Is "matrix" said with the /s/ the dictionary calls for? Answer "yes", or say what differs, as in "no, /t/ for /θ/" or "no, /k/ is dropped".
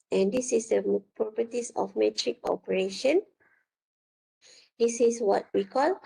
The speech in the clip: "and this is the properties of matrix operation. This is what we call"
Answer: no, /s/ is dropped